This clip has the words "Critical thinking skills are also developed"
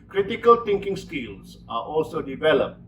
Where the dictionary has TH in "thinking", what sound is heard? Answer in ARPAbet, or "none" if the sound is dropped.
T